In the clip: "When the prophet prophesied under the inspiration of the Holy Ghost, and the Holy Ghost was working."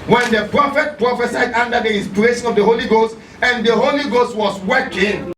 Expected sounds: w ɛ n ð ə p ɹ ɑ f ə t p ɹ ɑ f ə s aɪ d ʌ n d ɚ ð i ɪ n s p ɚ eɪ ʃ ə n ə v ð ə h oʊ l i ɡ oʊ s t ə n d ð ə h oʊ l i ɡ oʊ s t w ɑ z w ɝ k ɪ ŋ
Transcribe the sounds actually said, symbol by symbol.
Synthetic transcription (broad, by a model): w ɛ n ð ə p ɹ ɑ f ə t p ɹ ɑ f ə s aɪ d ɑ n d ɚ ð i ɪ n s p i eɪ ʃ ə n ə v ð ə h oʊ l i ɡ oʊ s t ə n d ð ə h oʊ l i ɡ oʊ s t w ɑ s w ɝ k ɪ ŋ